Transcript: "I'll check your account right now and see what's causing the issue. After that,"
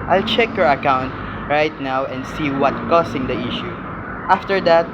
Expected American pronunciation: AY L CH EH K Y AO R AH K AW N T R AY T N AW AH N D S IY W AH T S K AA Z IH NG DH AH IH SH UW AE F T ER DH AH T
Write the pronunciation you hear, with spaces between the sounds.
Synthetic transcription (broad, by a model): AY L CH EH K Y AO R AH K AW N T R AY T N AW AH N D S IY W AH T K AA S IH NG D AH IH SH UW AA F T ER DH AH T